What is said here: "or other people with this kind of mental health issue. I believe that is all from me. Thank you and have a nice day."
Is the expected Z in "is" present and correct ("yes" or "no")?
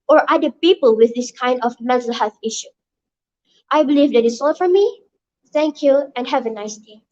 no